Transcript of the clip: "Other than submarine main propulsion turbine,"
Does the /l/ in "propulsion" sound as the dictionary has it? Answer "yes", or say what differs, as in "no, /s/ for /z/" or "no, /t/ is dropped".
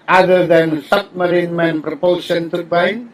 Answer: no, /l/ is dropped